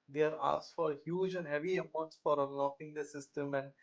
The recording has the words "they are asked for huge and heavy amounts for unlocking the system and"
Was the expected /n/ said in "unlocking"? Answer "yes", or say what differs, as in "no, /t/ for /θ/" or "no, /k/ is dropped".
no, /n/ is dropped